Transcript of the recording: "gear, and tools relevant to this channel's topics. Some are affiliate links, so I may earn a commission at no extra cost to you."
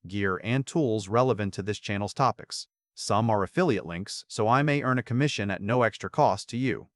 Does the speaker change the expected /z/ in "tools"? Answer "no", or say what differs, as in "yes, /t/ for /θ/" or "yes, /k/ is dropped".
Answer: no